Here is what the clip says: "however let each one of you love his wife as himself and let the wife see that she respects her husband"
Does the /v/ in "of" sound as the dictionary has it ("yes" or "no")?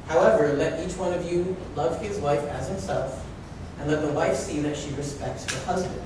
yes